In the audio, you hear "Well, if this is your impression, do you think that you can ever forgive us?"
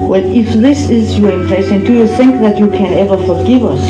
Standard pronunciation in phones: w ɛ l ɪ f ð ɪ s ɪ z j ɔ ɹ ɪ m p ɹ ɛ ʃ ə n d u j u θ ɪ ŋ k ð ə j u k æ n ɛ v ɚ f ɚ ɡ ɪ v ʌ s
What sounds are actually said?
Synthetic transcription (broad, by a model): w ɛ l ɪ f ð ɪ s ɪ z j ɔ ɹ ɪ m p l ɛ s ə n d u j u θ ɪ ŋ k ð ə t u k æ n ɛ v ɚ f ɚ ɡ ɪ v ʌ s